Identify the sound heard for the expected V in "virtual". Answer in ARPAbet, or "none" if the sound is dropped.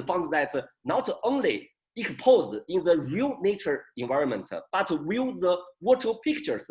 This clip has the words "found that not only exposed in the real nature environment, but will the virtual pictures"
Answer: W